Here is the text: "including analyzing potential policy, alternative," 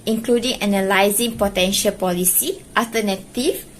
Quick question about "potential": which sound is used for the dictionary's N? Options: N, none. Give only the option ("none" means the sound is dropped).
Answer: N